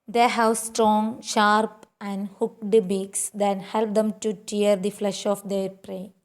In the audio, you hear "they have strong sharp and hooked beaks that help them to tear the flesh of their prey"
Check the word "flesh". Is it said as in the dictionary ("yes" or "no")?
yes